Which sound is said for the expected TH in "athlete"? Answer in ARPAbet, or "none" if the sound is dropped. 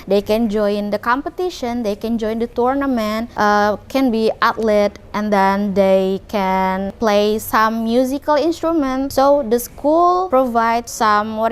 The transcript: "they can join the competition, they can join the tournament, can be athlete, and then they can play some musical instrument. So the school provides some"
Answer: T